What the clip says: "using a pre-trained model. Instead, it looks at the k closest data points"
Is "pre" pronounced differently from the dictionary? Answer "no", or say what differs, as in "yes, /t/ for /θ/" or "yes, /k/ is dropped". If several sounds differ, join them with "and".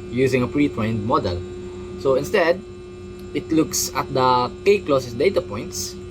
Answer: no